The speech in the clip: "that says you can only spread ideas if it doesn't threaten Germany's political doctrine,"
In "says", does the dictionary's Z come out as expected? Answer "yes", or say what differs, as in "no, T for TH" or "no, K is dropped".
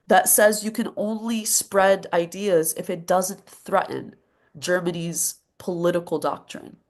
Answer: yes